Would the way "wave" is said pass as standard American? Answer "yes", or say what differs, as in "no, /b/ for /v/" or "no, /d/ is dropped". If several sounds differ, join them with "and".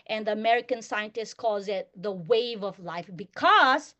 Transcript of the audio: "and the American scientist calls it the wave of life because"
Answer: yes